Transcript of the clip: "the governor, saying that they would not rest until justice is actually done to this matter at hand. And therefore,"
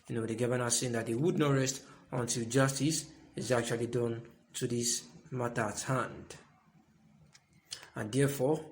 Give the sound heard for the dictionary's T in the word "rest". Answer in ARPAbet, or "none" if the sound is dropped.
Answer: T